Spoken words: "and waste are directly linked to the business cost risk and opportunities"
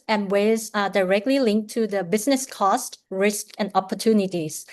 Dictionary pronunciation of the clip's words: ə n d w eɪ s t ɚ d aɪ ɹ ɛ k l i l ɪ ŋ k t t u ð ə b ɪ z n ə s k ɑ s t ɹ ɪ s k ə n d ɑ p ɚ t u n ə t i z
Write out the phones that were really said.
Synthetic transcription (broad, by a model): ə n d w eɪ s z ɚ d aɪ ɹ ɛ k l i l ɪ ŋ k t t u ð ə b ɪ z n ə s k ɑ s t ɹ ɪ s k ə n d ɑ p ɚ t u n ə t i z